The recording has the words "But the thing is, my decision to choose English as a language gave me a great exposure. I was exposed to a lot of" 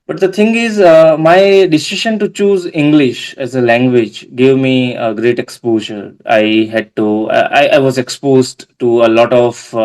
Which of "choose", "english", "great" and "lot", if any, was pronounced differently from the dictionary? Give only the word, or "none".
none